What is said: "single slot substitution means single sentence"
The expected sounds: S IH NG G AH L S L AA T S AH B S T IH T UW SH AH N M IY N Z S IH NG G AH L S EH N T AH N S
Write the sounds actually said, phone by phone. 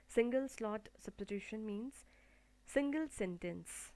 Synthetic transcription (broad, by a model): S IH NG G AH L S L AA T S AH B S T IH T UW SH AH N M IY N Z S IH NG G AH L S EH N T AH N S